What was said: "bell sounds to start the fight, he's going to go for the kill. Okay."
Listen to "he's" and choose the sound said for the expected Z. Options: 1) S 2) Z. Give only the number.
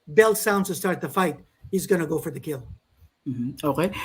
2